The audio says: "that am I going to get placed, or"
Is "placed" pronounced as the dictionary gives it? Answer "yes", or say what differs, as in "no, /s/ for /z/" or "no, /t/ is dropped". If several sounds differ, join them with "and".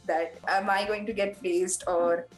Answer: no, /l/ is dropped